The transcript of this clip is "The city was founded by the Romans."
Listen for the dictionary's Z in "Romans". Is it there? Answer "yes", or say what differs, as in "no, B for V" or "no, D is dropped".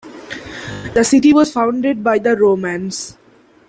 no, S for Z